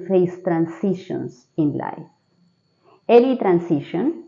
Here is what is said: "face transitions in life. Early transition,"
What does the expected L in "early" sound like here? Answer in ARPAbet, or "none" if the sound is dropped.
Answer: N